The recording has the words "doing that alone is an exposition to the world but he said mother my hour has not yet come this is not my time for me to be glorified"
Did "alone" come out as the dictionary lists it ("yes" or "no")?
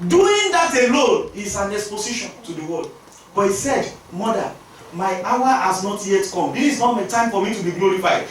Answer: no